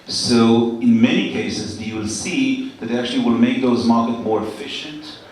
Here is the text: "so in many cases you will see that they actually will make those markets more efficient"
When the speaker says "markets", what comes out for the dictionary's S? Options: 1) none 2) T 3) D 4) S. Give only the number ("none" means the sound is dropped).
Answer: 1